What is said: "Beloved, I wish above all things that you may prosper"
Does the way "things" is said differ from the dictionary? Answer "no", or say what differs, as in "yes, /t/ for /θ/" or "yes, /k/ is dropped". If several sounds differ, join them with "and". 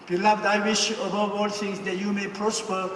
yes, /t/ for /θ/